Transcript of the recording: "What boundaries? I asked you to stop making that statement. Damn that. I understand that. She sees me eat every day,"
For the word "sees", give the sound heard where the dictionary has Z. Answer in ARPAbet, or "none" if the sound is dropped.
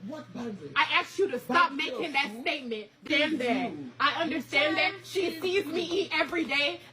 Z